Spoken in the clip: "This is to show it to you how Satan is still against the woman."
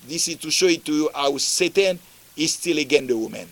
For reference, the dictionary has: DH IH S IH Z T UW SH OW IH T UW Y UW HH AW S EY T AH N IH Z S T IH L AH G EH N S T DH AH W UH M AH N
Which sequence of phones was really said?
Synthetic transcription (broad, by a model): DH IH S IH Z T UW SH OW IH T UW Y UW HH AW S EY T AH N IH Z S T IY L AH G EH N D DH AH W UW M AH N